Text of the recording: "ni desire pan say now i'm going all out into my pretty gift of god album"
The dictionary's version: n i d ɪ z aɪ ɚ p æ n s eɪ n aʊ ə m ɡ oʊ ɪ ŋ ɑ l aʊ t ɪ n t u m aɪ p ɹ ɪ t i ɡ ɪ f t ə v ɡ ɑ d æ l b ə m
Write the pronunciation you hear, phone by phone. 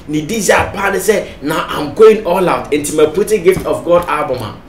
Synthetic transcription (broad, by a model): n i d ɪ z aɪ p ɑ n s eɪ n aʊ ə m ɡ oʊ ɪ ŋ ɑ l aʊ t ɪ n t u m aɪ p ɪ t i ɡ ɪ f t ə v ɡ ɑ d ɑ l b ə m